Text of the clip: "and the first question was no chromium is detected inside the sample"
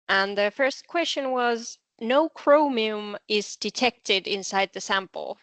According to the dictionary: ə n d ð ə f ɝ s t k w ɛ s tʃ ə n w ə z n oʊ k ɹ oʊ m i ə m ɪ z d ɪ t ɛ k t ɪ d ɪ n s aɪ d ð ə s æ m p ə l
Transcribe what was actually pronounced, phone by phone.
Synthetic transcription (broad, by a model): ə n ð ə f ɝ s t k w ɛ s tʃ ə n w ə z n oʊ k ɹ oʊ m i ə m ɪ z d ɪ t ɛ k t ɪ d ɪ n s aɪ d ð ə s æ m p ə l